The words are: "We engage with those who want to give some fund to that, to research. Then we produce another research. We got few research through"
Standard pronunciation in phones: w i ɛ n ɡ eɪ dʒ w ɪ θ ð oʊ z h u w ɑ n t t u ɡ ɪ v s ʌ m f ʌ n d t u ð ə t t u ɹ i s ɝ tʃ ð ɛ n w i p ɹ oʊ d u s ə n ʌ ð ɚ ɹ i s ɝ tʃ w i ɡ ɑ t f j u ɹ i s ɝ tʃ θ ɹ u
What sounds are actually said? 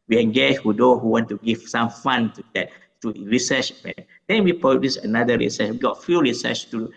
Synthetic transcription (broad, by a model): w i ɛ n ɡ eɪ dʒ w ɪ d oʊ h u w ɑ n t t u ɡ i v s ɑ m f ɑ n t u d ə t t u ɹ i s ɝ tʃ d ɛ n w i p ɹ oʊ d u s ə n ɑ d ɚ ɹ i s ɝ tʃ w i ɡ ɑ t f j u ɹ i s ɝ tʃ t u